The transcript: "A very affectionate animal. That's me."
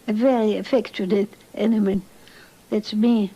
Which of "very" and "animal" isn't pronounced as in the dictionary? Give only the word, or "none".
animal